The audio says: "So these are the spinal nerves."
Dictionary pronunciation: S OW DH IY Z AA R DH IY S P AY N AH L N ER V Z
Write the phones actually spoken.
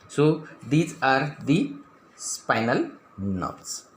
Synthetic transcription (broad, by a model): S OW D IY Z AA R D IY S P AY N AH L N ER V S